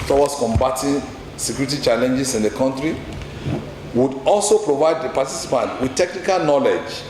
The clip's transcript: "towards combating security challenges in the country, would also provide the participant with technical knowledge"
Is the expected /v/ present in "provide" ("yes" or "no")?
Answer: yes